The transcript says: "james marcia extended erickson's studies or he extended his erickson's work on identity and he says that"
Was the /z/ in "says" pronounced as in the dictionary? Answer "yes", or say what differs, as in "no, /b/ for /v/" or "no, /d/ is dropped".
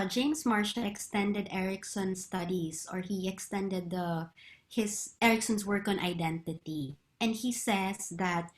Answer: no, /s/ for /z/